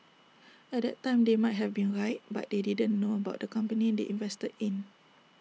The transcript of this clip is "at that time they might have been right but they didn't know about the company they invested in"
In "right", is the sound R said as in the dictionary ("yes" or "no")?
yes